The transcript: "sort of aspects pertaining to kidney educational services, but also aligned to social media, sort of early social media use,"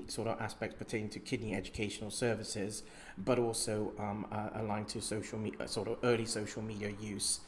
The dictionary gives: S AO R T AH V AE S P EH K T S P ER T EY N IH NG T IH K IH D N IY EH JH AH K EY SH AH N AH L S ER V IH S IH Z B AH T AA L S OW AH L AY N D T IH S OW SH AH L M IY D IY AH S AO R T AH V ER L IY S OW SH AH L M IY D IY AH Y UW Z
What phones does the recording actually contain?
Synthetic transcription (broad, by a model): S AO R T AH V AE S P EH K T S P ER T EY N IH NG T IH K IH D N IY EH JH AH K EY SH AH N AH L S ER V IH S IH Z B AH T AA L S OW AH L AY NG T IH S OW SH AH L M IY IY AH S AO R T AH V ER L IY S OW SH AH L M IY D IY AH Y UW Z